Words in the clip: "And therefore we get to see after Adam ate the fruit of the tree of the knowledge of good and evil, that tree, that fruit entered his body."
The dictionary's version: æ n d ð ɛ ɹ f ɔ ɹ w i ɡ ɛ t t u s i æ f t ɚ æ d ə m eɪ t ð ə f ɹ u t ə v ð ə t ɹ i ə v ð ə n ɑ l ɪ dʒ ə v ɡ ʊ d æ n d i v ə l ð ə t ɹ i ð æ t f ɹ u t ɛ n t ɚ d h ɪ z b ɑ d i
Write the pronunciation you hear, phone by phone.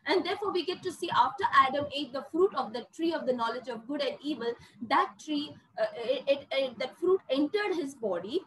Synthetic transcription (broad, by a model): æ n d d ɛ ɹ f ɔ ɹ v i ɡ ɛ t t u s i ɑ f t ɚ æ d ə m eɪ t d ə f ɹ u t ə v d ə t ɹ i ə v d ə n ɑ l ɪ dʒ ə v ɡ ʊ d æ n d i v ə l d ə t ɹ i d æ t f ɹ u t ɛ n t ɚ d h ɪ z b ɑ d i